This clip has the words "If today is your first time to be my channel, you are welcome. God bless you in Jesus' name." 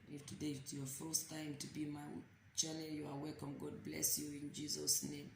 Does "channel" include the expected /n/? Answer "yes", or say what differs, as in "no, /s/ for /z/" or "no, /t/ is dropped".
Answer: no, /l/ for /n/